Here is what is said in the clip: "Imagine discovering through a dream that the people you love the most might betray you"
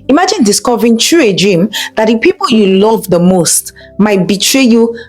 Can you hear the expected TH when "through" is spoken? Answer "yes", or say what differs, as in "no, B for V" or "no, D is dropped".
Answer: no, T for TH